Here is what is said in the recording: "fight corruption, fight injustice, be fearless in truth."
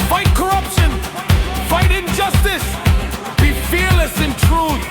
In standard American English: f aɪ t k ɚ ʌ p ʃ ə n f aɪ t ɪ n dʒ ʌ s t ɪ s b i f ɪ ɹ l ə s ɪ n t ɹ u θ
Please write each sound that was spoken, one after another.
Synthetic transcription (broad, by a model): f aɪ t k ɚ ʌ p ʃ ə n f aɪ t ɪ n dʒ ʌ s t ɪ s b i f ɪ ɹ l ə s ɪ n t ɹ u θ